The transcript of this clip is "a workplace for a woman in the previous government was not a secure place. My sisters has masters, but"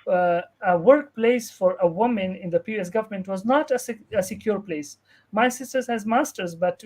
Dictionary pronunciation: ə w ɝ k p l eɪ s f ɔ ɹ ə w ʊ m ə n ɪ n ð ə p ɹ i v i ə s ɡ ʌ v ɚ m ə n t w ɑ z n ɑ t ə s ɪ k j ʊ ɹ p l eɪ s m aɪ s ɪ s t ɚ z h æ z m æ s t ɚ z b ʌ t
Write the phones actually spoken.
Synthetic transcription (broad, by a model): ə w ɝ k p l eɪ s f ɔ ɹ ə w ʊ m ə n ɪ n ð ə p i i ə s ɡ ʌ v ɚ m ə n t w ɑ z n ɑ t ə s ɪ k j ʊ ɹ p l eɪ s m aɪ s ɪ s t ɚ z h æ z m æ s t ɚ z b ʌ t